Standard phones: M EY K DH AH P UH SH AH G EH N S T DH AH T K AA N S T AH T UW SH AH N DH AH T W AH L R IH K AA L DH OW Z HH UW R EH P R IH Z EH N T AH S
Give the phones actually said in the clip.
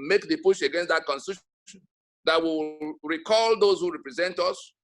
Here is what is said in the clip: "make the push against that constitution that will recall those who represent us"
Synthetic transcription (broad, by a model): M EY K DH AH P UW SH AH G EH N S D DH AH T K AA N S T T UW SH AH N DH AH T W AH W R IH K AA L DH OW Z HH UW R EH P R IH Z EH N T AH S